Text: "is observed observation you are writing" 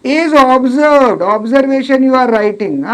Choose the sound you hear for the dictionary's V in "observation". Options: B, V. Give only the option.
V